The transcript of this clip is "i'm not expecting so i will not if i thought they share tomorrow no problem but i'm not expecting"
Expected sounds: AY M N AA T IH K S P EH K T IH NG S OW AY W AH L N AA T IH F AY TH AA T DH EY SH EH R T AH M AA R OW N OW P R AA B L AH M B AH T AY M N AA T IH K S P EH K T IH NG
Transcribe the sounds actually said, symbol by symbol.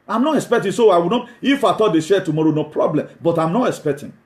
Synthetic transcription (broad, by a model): AY M N AA T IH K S P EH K T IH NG S OW AY W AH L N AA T IH F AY T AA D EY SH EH T AH M AA R OW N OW P R AA B L AH M B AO T AY M N AA T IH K S P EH K T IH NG